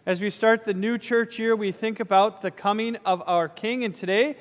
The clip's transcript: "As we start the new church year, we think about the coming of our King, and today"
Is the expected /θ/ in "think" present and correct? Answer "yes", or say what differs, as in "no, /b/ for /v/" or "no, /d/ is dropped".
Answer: yes